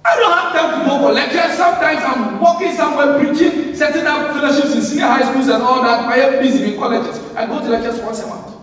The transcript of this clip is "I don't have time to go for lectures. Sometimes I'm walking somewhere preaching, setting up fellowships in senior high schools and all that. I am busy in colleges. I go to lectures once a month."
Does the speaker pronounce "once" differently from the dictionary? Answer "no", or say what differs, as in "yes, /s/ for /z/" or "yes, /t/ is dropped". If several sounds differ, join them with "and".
yes, /n/ is dropped